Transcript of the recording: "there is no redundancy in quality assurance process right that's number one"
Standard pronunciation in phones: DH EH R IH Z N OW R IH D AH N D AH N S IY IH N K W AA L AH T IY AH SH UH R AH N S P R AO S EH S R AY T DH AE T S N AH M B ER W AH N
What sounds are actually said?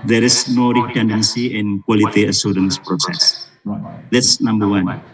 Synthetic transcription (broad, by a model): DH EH R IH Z N OW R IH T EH N D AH N S IY IH N K W AA L AH T IY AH S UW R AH N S P R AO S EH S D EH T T S N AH M B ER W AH N